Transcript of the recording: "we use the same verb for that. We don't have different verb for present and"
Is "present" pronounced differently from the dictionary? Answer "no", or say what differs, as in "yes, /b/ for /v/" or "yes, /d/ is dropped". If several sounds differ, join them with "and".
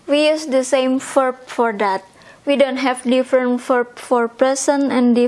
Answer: yes, /s/ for /z/ and /t/ is dropped